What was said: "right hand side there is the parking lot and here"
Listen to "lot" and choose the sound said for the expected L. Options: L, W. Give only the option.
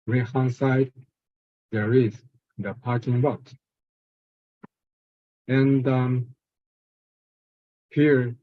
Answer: W